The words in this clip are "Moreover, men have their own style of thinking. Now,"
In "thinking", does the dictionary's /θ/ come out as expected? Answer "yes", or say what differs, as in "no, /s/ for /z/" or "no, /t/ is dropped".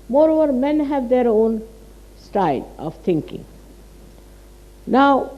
no, /t/ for /θ/